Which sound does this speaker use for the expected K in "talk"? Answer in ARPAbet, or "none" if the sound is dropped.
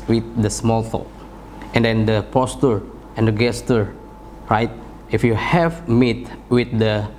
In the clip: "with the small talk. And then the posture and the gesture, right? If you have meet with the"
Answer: none